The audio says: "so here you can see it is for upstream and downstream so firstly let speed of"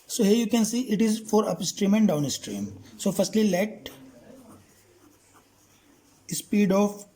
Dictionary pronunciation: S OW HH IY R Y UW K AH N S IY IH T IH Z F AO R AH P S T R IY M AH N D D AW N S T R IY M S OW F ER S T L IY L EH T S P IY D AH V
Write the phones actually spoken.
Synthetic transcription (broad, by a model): S OW HH IY R Y UW K AH N S IY IH T IH Z F AO R AH P S T R IY M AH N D D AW N S T R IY M S OW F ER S T L IY L EH T S P IY D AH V